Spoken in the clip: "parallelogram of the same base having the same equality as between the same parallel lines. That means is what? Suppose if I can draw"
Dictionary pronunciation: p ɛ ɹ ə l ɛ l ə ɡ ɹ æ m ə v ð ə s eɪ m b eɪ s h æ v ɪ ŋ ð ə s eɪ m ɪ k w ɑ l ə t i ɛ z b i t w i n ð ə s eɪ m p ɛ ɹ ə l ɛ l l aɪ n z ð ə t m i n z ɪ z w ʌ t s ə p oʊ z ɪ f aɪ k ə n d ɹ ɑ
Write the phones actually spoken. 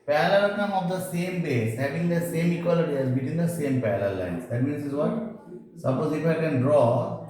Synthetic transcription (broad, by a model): p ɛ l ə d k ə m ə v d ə s eɪ m b eɪ s h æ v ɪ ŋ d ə s eɪ m ɪ k w ɑ l ə t i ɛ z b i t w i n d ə s eɪ m p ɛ l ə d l l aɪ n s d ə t m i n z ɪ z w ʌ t s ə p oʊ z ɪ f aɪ k ə n d ɹ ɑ